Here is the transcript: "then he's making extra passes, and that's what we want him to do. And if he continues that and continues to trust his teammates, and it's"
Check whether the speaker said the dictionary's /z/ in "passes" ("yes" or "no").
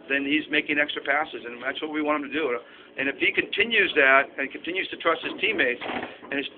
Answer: yes